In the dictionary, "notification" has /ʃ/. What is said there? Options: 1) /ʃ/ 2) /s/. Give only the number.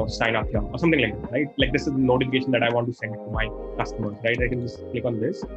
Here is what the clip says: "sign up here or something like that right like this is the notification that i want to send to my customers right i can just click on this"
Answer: 1